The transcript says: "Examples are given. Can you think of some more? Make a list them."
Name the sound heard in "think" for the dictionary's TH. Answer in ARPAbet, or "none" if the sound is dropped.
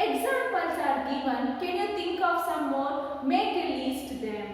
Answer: T